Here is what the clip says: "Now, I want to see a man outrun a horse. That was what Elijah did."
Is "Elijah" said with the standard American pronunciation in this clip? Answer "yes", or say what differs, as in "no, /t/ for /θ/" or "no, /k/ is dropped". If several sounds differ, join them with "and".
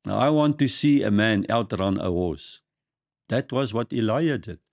no, /dʒ/ is dropped